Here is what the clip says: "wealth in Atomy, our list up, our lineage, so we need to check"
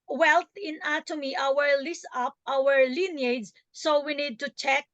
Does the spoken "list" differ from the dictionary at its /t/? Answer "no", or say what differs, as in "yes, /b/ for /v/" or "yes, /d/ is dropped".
yes, /t/ is dropped